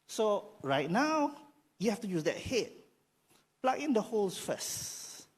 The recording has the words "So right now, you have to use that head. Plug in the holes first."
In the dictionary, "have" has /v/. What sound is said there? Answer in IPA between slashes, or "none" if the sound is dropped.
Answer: /f/